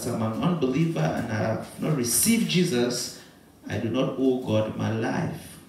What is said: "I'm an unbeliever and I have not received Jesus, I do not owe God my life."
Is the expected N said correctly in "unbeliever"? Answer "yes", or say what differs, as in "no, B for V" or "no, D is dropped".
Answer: yes